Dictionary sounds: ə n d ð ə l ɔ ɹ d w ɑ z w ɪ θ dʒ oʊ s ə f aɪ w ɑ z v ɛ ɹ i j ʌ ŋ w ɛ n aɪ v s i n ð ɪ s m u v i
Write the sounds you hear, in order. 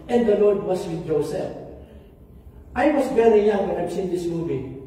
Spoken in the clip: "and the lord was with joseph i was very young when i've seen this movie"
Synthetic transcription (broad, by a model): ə n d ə l ɔ ɹ d w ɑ s w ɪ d dʒ oʊ s ə f aɪ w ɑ s v ɛ ɹ i j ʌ ŋ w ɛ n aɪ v s i n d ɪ s m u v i